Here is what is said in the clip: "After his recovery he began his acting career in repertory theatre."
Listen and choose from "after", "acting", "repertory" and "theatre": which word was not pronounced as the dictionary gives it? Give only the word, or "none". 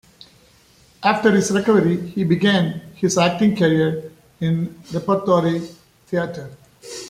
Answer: theatre